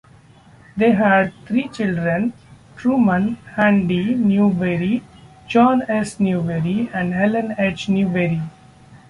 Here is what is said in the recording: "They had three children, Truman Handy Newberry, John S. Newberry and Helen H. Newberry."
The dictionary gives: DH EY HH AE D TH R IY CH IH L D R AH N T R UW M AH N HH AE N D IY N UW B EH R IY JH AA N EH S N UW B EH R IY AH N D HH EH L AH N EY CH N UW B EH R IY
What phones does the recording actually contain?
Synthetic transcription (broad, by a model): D EY HH AE D T R IY CH IH L D R AH N T R UW M AH N HH AE N D IY N UW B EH R IY JH AA N EH S N UW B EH R IY AH N D HH EH L AH N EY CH N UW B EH R IY